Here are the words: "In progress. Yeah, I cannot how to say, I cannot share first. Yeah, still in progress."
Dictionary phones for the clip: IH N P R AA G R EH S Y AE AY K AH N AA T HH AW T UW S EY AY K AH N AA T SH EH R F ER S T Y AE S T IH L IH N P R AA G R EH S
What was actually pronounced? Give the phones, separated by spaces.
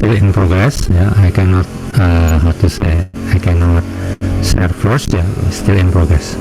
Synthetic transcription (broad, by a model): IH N P R AA G R EH S Y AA AY K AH N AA T HH AW T UW S EY AY K AH N AA T S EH R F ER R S Y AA S T IH L IH N P R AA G R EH S